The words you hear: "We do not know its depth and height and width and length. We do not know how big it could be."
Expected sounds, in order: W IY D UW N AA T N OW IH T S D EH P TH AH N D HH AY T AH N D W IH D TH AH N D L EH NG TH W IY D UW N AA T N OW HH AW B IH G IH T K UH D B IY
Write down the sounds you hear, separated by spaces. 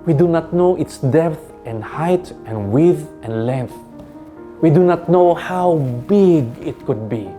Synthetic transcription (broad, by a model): W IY D UW N AA T N OW IH T S D EH P TH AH N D HH AY T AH N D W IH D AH N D L EH NG TH W IY D UW N AA T N OW HH AW B IH G IH T K UH D B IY